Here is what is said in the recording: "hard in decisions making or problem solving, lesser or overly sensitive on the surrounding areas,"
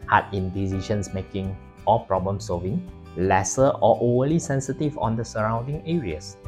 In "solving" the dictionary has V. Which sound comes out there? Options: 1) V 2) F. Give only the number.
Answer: 1